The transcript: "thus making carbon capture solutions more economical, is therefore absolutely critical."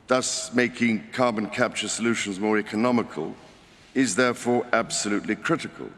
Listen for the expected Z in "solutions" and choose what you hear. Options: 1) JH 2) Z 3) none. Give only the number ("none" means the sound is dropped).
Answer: 2